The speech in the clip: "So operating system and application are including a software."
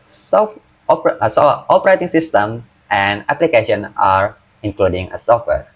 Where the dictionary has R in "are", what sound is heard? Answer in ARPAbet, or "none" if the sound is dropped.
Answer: R